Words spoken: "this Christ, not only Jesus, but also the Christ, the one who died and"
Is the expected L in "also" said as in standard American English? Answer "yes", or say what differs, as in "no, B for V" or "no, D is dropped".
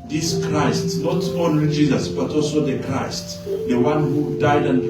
yes